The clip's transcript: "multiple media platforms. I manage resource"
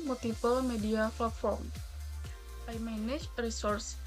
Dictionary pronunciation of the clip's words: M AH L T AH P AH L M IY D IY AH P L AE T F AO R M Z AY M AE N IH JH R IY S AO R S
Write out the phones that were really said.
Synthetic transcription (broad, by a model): M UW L T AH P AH L M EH D IY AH F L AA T F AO R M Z AY M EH N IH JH R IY S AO R S